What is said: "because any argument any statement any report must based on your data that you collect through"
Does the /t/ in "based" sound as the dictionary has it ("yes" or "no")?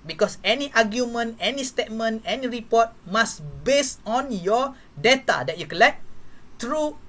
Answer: no